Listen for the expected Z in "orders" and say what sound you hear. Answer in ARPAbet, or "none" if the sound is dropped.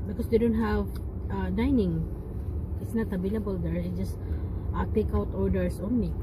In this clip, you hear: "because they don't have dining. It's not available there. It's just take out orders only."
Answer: S